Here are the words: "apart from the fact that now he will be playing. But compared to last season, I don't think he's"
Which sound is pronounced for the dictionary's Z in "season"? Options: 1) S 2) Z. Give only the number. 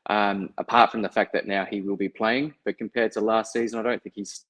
2